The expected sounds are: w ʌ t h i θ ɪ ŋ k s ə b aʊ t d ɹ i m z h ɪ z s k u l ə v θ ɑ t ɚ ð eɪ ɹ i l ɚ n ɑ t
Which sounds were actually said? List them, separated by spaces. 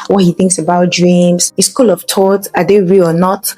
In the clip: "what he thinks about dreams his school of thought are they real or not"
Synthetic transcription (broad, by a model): w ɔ t h i θ ɪ ŋ k s ə b aʊ t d ɹ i m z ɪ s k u l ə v t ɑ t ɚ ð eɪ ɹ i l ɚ n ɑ t